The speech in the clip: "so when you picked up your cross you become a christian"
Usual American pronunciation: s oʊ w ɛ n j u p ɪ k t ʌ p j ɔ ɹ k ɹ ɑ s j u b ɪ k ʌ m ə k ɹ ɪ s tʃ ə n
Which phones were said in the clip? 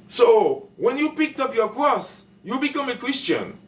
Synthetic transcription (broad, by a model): s oʊ w ɛ n j u p ɪ k t ʌ p j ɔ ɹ k ɹ ɑ s j u b ɪ k ʌ m ə k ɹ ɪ s tʃ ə n